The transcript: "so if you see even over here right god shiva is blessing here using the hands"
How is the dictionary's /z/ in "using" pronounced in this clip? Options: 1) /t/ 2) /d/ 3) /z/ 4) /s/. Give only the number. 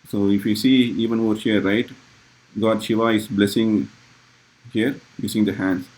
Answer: 4